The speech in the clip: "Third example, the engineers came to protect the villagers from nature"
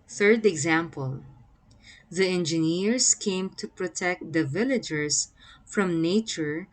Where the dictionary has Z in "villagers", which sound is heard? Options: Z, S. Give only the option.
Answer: S